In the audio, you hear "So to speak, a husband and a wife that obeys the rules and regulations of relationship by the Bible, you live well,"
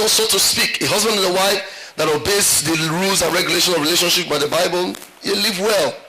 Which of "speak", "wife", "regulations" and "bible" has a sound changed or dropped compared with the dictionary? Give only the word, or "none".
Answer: regulations